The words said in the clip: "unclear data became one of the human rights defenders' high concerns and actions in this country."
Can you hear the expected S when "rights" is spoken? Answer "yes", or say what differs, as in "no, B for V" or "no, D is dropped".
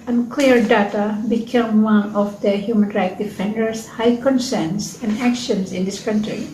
no, S is dropped